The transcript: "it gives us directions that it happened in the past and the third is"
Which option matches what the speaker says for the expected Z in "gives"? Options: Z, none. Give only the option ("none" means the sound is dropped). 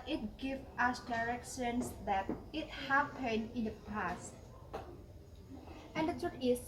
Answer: none